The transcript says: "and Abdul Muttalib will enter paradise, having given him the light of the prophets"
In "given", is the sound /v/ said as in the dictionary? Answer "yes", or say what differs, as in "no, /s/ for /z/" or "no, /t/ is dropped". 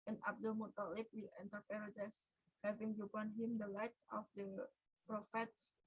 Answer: no, /b/ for /v/